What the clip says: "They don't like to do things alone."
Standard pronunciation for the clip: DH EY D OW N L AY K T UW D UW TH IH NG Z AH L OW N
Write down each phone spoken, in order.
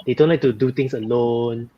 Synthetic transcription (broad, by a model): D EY D OW N L AY K T UW D UW T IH NG S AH L OW N